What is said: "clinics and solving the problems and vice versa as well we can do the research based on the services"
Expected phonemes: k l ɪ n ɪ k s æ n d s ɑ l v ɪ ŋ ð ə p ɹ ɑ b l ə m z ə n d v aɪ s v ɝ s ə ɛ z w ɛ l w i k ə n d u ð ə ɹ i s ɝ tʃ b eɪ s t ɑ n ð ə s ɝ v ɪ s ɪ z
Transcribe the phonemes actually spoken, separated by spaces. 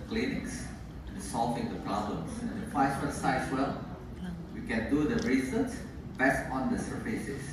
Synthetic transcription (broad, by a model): k l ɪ n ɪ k s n s ɑ l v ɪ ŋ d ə p ɹ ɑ b l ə m s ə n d f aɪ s w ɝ s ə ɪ s w ɛ l w i k ə n d u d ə ɹ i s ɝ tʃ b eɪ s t ɑ n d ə s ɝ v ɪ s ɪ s